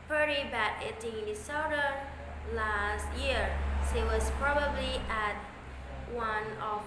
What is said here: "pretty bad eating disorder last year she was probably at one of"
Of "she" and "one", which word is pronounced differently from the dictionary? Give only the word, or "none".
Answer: she